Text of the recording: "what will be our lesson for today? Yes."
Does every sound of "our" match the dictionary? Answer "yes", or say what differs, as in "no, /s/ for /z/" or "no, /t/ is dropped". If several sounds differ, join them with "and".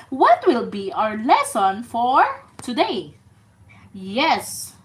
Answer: yes